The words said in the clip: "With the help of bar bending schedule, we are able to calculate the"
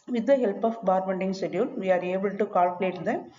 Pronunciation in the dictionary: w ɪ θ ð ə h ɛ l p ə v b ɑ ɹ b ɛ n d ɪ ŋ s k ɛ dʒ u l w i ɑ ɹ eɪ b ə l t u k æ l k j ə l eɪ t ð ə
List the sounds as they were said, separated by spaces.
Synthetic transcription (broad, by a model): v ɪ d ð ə h ɛ l p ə f b ɑ ɹ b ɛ n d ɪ ŋ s ɛ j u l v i ɑ ɹ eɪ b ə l t u k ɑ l k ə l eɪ t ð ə